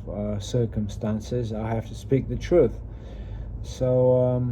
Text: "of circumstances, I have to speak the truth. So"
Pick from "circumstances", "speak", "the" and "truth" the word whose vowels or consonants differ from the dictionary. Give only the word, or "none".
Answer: none